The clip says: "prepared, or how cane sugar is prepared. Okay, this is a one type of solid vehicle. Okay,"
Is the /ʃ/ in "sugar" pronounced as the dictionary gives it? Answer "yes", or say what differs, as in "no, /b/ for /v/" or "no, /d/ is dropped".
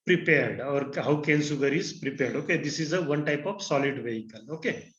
no, /s/ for /ʃ/